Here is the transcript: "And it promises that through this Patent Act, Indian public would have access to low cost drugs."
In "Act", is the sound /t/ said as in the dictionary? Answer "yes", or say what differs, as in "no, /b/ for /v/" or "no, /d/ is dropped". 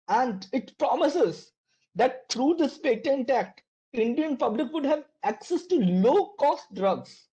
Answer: yes